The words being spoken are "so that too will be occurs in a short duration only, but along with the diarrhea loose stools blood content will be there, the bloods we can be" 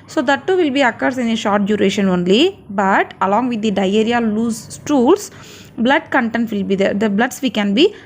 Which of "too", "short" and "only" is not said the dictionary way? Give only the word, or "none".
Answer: none